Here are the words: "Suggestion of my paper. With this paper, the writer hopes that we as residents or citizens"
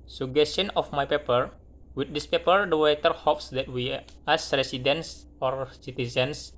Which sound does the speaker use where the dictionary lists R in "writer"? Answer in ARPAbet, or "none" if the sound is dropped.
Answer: W